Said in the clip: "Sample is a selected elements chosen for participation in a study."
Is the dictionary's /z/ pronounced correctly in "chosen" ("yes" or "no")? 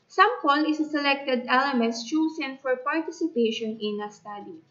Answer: no